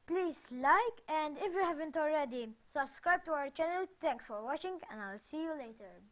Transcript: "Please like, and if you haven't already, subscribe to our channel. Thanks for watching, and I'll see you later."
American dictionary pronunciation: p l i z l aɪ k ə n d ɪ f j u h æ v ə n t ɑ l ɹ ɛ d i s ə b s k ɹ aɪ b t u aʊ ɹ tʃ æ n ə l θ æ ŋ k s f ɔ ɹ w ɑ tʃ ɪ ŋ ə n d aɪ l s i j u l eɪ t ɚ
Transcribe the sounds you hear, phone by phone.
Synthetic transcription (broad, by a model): p l i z l aɪ k ə n d ɪ f j u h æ v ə n t ɑ l ɹ ɛ d i s ə b s k ɹ aɪ b t u aʊ ɹ tʃ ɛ n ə l t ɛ ŋ k s f ɔ ɹ w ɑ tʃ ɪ ŋ ə n d aɪ l s i j u l eɪ t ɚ